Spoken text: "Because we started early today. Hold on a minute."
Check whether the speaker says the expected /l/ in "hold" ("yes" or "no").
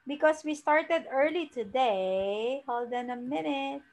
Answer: yes